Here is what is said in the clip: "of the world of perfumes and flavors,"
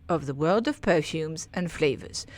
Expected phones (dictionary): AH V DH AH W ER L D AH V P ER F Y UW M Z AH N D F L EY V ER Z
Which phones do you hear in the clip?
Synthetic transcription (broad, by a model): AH V DH AH W ER L D AH V P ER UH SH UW M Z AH N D F L EY V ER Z